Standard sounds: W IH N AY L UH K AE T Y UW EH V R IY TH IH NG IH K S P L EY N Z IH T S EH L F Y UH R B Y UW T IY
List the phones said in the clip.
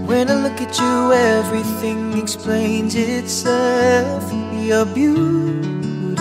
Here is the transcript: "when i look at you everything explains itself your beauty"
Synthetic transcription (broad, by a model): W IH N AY L UH K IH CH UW EH V R IY TH IH NG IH K S P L EY N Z IH T S EH L F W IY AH B Y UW